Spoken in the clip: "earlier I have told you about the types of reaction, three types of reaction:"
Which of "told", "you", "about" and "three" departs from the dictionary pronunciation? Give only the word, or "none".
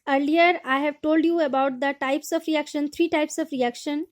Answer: three